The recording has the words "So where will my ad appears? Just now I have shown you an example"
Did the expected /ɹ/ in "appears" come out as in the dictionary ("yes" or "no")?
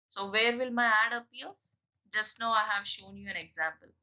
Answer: no